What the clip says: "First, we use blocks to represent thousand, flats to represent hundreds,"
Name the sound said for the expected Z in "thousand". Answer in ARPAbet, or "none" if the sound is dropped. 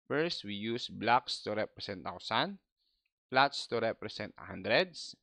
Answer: S